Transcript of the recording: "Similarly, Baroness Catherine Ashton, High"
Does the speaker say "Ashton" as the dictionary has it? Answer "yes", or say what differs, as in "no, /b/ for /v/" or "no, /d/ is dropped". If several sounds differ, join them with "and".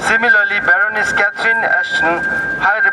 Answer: no, /s/ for /ʃ/